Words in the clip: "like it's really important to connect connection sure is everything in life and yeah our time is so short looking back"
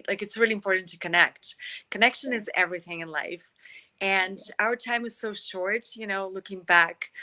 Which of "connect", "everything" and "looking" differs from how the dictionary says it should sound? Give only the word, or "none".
none